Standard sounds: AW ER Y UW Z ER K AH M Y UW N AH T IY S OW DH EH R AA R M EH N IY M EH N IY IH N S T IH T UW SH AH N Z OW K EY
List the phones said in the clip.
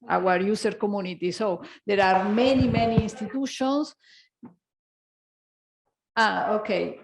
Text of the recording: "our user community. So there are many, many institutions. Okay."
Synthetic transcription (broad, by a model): AW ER Y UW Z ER K AH M Y UW N AH T IY S OW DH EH R AA R M EH N IY M EH N IY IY N S T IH T UW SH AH N S OW K EY